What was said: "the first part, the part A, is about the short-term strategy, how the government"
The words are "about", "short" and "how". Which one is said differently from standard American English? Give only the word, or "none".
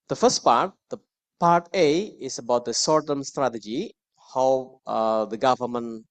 short